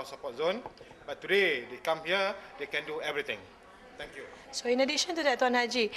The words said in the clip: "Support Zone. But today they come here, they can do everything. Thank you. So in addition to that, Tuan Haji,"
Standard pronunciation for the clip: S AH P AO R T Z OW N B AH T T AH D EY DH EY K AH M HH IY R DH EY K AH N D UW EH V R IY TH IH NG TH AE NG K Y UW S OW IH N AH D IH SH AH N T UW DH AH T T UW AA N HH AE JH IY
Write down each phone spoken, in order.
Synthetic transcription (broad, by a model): S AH P AO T Z OW N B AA T T AH D EY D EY K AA M HH IY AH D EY K AH N D UW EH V R IY T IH NG T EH NG K Y UW S OW IH N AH D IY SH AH N T UW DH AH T T UW AA N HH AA JH IY